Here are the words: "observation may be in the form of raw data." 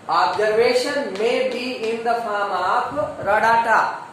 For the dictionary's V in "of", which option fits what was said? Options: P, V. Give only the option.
P